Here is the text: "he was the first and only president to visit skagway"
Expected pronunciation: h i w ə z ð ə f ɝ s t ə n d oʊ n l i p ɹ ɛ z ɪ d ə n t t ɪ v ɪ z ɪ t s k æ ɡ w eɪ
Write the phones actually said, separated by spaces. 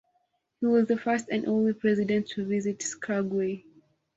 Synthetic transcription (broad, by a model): h i w ə z ð ə f ɝ s t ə n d oʊ n l i p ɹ ɛ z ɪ d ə n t t ɪ v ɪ z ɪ t s k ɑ ɡ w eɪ